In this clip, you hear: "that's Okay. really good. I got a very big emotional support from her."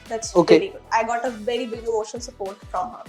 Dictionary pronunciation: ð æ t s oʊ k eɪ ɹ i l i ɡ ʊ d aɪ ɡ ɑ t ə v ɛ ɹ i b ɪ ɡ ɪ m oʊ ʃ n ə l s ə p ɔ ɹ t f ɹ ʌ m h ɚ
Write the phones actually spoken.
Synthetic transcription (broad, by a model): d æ t s oʊ k eɪ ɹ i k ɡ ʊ aɪ ɡ ɑ t ə v ɛ ɹ i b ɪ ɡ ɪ oʊ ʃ ə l s ə p ɔ ɹ t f ɹ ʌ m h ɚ